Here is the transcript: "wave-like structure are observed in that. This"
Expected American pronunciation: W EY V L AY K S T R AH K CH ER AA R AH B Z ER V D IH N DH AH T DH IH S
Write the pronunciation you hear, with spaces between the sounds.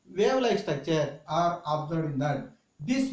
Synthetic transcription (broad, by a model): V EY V L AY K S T AH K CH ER AA R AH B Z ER D IH N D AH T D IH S